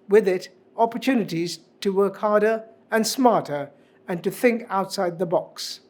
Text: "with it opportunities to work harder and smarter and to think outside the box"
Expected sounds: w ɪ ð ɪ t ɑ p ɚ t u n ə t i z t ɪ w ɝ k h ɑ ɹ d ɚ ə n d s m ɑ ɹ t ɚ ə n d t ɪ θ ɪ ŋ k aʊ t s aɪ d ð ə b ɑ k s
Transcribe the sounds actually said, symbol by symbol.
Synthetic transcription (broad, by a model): w ɪ ð ɪ t ɑ p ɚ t u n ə t i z t ɪ w ɝ k h ɑ ɹ d ɚ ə n s m ɑ ɹ t ɚ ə n t ɪ θ ɪ ŋ k aʊ t s aɪ d ð ə b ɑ k s